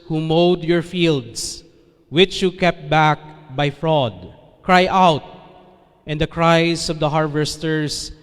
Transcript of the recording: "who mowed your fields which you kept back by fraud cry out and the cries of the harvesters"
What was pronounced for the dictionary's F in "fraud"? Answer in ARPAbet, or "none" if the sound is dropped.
F